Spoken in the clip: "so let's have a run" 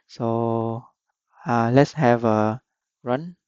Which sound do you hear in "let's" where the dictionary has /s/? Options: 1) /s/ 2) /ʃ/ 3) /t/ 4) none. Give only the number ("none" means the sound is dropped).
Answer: 1